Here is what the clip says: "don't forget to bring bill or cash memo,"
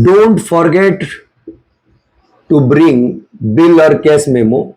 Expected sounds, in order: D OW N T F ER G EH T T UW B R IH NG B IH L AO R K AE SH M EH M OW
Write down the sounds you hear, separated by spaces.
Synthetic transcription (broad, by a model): D OW N T F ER G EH T T UW B R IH NG B IH L AO R K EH S M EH M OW